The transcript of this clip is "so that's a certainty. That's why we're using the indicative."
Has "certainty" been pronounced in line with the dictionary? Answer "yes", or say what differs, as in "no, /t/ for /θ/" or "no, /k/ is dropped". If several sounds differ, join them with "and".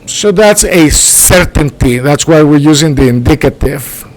yes